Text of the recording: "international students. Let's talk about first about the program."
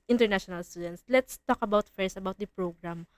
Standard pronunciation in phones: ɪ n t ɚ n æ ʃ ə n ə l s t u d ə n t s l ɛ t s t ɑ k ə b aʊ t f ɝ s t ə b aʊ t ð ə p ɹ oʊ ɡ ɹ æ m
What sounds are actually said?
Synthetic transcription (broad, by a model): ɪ n t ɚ n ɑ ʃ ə n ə l s t u d ə n t s l ɛ t s t ɑ k ə b aʊ t f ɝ s ə b aʊ t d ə p ɹ oʊ ɡ ɹ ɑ m